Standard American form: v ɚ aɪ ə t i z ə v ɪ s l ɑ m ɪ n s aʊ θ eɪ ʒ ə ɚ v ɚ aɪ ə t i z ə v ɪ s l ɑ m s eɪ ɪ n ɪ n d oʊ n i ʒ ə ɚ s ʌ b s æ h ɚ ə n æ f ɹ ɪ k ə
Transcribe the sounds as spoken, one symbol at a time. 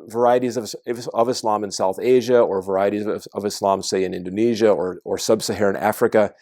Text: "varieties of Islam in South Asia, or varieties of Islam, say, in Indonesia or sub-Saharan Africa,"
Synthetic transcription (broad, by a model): v ɚ aɪ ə t i z ə v ɪ s l ɑ m ɪ n s aʊ θ eɪ ʒ ə ɚ v ɚ aɪ ə t i z ə v ɪ s l ɑ m s eɪ ɪ n ɪ n d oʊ n i ʒ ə ɚ s ʌ b s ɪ h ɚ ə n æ f ɹ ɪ k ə